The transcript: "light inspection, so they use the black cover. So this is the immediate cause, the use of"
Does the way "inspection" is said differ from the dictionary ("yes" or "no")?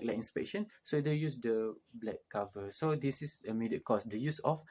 no